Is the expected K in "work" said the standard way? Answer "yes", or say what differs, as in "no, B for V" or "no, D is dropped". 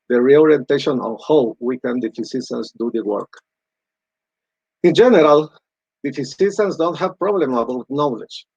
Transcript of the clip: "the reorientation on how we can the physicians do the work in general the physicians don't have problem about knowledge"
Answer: yes